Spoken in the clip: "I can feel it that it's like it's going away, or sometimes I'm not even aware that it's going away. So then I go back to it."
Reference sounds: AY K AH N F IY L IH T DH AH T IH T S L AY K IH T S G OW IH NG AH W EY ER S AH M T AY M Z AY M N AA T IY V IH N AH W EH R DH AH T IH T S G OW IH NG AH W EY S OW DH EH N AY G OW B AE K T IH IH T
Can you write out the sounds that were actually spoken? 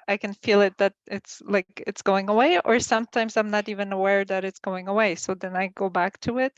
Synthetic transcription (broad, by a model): AY K AH N F IY L IH T DH AH T IH T S L AY K IH T S G OW IH NG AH W EY ER S AH M T AY M Z AY M N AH T IY V IH N AH W EH R DH AH T IH T S G OW IH NG AH W EY S OW DH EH N AY G OW B AE K T IH IH T